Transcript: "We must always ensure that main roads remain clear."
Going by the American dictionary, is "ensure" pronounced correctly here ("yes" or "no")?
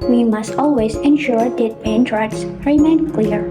yes